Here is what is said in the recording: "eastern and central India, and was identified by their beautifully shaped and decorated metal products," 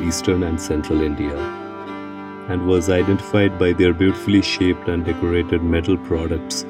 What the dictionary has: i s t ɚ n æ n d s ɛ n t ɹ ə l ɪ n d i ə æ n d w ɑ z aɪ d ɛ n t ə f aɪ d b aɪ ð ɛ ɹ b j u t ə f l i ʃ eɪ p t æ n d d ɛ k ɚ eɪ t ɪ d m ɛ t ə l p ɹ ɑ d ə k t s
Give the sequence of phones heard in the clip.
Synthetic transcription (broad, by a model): i s t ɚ n æ n d s ɛ n t ɹ ə l ɪ n d i ə æ n d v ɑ z aɪ d ɛ n t ə f aɪ d b aɪ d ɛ ɹ b j u t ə f l i ʃ eɪ p t æ n d d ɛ k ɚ eɪ t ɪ d m ɛ t ə l p ɹ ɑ d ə k t s